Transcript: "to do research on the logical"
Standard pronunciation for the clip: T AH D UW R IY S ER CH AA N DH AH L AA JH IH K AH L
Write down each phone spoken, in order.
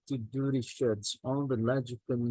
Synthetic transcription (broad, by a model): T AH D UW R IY SH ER S AA N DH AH L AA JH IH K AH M